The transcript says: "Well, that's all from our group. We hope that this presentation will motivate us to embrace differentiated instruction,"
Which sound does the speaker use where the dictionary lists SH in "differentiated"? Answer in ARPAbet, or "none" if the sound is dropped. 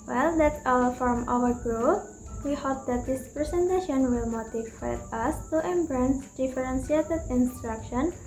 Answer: S